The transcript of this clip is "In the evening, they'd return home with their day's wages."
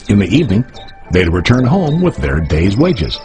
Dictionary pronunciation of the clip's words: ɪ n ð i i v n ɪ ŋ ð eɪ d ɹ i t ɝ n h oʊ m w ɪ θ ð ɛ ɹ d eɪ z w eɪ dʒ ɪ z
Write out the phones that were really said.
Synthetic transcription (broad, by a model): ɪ n ð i i v n ɪ ŋ ð eɪ d ɹ i t ɝ n h oʊ m w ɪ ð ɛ ɹ d eɪ z w eɪ dʒ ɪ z